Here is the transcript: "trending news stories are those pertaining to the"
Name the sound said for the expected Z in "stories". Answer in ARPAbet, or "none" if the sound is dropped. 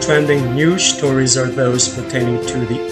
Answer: Z